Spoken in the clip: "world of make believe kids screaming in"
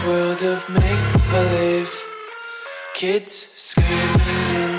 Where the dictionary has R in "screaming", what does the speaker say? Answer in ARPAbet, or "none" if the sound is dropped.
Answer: none